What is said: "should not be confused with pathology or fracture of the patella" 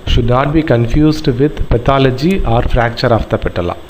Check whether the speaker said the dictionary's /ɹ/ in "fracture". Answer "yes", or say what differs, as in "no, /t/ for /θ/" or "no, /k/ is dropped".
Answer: yes